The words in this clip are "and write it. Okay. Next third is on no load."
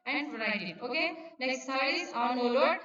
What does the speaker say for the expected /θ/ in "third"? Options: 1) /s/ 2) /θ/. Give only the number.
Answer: 1